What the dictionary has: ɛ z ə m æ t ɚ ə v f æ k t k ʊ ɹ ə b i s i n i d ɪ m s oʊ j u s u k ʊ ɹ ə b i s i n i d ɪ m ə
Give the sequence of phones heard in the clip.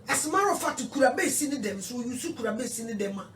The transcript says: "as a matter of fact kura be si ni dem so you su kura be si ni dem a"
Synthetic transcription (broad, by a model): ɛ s ə m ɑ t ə f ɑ t k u ɹ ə b i s i n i d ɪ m s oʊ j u s u k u ɹ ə b i s i n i d ɪ m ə